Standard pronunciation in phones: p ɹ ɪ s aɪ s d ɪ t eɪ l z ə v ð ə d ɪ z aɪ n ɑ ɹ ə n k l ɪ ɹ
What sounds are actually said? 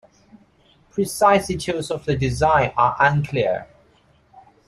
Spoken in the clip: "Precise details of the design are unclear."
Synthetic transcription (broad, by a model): p ɹ ɪ s aɪ s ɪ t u z ə v ð ə d ɪ z aɪ n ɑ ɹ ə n k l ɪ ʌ